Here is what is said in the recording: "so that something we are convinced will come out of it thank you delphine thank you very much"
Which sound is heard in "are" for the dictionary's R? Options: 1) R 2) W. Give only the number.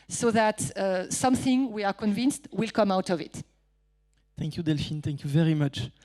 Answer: 1